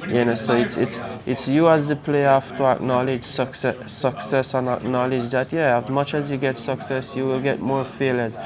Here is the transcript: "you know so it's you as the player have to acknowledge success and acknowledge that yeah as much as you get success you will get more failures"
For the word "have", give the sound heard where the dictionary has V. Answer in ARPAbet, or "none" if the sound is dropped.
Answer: F